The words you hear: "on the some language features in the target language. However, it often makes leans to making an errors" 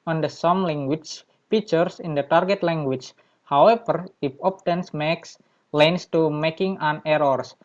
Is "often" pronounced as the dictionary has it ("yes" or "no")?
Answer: no